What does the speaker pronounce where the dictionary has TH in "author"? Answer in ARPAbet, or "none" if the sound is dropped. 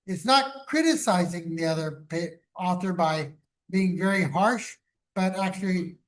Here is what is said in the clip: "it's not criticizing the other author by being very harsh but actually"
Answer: TH